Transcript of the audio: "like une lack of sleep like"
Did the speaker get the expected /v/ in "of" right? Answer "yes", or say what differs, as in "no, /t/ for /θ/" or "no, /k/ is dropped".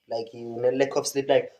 no, /p/ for /v/